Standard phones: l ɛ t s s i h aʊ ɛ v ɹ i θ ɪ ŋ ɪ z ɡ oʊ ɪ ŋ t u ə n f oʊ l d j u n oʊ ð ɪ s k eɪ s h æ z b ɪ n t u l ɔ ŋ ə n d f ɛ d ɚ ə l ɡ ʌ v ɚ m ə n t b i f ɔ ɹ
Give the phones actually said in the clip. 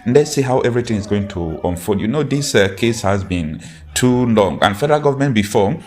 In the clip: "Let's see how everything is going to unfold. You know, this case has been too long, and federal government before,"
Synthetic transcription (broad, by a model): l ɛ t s s i h aʊ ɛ v ɹ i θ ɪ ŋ ɪ z ɡ oʊ ɪ ŋ t u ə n f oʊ d j u n oʊ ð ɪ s k eɪ s h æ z b ɪ n t u l ɔ ŋ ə n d f ɛ d ɚ ə l ɡ ʌ v ɚ m ə n t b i f ɔ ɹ